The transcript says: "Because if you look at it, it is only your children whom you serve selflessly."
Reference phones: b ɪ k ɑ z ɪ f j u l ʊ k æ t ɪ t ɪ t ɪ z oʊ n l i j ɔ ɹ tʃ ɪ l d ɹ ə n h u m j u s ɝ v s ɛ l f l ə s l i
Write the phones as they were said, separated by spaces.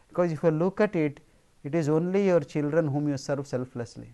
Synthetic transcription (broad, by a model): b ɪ k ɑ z ɪ f j u l ʊ k æ t ɪ t ɪ t ɪ z oʊ n l i j ɔ ɹ tʃ ɪ l d ɹ ə n h u m j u s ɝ f s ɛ l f l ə s l i